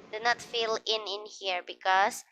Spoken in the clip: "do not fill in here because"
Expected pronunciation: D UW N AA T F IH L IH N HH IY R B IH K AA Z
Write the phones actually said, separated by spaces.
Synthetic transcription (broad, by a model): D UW N AA T F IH N IH N HH IY R B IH K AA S